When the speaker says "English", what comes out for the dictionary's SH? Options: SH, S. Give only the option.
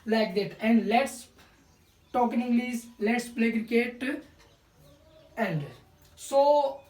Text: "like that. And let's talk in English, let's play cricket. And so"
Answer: S